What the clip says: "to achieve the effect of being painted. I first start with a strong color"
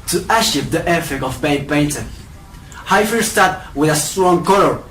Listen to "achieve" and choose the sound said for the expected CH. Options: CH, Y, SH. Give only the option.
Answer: SH